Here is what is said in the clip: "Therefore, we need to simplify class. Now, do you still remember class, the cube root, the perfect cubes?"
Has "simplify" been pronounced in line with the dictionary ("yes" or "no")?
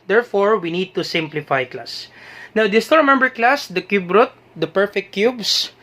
yes